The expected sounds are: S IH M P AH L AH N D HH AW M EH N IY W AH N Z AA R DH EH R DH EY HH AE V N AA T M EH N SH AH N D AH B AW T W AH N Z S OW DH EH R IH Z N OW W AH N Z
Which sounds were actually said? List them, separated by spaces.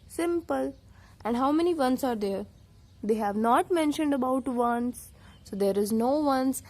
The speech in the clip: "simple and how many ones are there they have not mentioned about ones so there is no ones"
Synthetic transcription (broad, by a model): S IH M P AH L AH N D HH AW M EH N IY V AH N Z AA R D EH R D EY HH AE V N AA T M EH N SH AH N D AH B AW T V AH N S S OW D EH R IH Z N OW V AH N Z